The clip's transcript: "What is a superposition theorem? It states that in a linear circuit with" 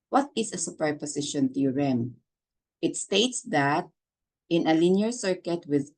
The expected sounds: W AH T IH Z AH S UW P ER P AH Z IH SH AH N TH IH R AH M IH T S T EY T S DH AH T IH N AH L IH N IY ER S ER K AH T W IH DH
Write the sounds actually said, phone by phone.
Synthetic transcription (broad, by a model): W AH T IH S AH S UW P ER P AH S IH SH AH N T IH R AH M IH T S T EY T S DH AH T IH N AH L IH N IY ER S ER K AH T W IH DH